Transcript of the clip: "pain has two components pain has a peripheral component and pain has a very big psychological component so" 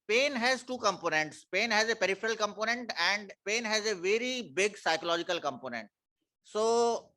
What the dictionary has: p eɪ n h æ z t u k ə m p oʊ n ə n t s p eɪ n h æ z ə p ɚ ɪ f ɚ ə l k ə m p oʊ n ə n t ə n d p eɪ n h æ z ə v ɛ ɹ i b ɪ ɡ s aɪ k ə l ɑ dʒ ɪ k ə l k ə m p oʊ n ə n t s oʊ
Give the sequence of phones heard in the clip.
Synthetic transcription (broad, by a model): p eɪ n h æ z t u k ə m p oʊ n ə n t s p eɪ n h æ z ə p ɚ ɪ f ɚ ə l k ə m p oʊ n ə n t ə n d p eɪ n h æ z ə v ɛ ɹ i b ɪ ɡ s aɪ k ə l ɑ dʒ ɪ k ə l k ə m p oʊ n ə n t s oʊ